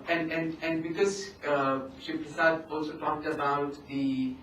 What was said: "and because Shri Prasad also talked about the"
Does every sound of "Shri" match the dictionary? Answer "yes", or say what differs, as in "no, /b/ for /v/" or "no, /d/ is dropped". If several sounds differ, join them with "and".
no, /ɹ/ is dropped